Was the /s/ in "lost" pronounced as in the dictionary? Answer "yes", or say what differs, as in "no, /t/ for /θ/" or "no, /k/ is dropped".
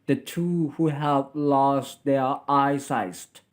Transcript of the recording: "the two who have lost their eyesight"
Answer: yes